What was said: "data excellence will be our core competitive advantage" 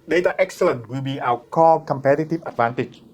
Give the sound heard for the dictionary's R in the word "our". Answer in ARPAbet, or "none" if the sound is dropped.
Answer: W